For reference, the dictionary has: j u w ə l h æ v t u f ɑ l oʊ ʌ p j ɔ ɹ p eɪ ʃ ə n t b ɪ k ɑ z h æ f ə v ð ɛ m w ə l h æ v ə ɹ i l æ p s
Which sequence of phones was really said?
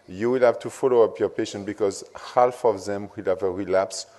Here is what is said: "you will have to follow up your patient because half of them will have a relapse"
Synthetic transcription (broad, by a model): j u w ə l h æ v t u f ɑ l oʊ ʌ p j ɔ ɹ p eɪ ʃ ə n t b ɪ k ɑ z h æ f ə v ð ɛ m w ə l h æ v ə ɹ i l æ p s